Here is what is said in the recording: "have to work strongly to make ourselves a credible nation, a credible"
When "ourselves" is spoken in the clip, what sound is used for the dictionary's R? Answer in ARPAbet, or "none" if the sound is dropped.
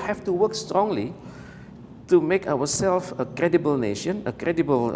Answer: W